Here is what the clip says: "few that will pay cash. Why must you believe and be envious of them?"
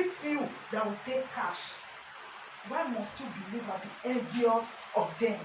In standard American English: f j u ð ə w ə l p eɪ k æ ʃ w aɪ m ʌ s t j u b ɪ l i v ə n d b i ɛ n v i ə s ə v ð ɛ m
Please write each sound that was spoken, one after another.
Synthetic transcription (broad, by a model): f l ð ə w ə p eɪ k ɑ ʃ w aɪ m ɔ s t j u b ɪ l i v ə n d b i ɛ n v i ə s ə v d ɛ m